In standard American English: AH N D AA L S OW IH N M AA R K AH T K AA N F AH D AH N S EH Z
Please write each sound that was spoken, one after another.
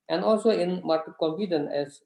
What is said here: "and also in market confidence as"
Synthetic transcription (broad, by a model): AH N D AA L S OW IH N M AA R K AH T K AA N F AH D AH N EH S